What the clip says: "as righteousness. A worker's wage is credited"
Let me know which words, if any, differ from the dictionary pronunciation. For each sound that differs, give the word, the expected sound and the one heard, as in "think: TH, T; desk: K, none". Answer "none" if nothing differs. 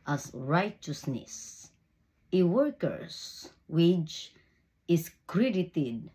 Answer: worker's: Z, S; wage: JH, CH; is: Z, S